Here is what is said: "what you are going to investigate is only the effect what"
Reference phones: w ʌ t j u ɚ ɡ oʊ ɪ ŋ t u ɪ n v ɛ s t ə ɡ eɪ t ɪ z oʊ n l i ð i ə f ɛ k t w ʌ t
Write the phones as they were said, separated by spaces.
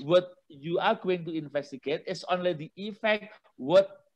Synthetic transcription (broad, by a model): w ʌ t j u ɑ ɡ oʊ ɪ ŋ t u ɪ n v ɛ s t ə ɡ eɪ t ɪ s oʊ n l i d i ə f ɛ k t w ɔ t